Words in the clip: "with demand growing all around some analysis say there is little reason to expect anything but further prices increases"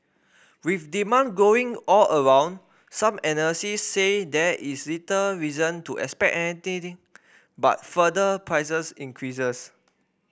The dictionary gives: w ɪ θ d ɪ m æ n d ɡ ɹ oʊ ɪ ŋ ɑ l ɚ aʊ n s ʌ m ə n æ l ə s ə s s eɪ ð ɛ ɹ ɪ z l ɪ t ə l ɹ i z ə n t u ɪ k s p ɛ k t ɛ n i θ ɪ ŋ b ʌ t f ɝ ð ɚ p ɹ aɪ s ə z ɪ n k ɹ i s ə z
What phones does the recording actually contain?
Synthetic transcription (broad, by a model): w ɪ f d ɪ m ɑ n ɡ oʊ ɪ ŋ ɑ l ɚ aʊ n s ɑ m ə n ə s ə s s eɪ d ɛ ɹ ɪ s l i t ə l ɹ i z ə n t u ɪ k s p ɛ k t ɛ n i t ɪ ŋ b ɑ t f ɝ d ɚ p ɹ aɪ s ə s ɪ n k ɹ i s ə s